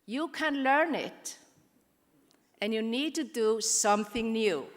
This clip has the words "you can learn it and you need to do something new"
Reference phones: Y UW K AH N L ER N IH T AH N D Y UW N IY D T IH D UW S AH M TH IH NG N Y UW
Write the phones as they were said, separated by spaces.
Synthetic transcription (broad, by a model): Y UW K AH N L ER N IH T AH N Y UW N IY D T IH D UW S AH M TH IH NG N Y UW